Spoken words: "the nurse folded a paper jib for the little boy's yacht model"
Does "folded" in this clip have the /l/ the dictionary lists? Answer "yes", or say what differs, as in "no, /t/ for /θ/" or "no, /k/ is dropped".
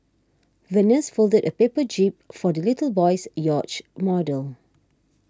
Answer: yes